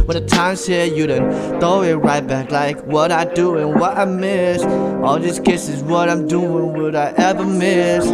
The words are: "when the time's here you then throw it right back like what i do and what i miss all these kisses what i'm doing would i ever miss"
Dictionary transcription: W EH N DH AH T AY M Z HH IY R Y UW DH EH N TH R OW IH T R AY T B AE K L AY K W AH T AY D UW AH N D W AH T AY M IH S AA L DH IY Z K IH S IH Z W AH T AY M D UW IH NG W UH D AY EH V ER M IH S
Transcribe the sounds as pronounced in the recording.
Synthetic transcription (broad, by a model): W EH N DH AH T AY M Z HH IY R Y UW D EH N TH OW IH T R AY T B AE K L AY K W AH T AY D UW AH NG W AH T AY M IH S AA L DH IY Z K IH S IH Z W AH T AY M D UW IH NG W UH D AY EH V ER M IH S